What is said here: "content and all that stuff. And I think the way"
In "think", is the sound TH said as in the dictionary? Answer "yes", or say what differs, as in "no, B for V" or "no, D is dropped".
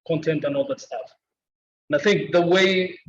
yes